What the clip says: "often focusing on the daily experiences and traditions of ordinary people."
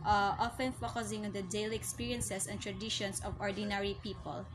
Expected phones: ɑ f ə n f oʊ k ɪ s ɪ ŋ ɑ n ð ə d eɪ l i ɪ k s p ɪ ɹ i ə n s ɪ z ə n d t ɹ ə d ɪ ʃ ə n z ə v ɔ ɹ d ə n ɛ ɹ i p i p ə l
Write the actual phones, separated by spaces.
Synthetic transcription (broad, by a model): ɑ f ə n f oʊ k ɪ s ɪ ŋ ɑ n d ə d eɪ l i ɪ k s p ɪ ɹ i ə n s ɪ s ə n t ɹ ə d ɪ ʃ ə n s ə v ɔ ɹ d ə n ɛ ɹ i p i p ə l